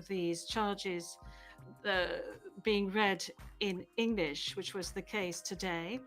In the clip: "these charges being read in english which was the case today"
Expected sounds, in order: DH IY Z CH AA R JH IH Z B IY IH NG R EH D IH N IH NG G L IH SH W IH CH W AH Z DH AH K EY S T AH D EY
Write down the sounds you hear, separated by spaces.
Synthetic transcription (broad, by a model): DH IY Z CH AA R JH IH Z B IY IH NG R EH D IH N IH NG G L IH SH W IH CH W AH Z DH AH K EY S T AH D EY